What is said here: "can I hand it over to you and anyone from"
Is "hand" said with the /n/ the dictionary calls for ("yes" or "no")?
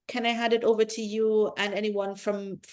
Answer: no